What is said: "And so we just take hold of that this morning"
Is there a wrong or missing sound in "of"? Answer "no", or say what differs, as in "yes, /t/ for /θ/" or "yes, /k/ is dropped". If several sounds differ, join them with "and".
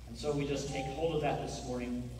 no